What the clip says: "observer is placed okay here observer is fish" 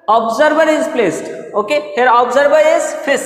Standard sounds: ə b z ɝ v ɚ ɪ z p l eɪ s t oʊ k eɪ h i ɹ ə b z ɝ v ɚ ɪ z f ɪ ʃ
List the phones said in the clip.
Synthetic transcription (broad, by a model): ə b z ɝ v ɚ ɪ z p l eɪ s t oʊ k eɪ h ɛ ɹ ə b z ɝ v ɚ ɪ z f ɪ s